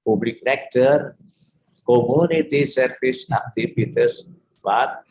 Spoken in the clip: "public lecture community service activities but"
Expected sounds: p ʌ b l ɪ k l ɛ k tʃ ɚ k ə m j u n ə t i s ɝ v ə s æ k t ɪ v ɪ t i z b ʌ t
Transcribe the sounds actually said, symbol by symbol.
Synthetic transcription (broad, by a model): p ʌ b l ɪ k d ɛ k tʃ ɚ k ə m j u n ə t i s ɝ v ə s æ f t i f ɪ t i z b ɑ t